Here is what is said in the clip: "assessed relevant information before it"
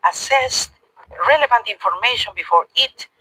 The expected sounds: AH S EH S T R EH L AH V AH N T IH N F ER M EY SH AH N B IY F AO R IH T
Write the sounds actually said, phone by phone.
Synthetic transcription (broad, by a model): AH S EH S T R EH L AH V AH N T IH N F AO M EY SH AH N B IY F AO R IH T